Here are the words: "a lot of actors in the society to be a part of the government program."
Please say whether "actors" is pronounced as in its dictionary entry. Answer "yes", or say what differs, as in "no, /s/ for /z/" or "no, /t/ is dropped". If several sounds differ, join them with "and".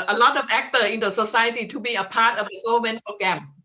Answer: no, /z/ is dropped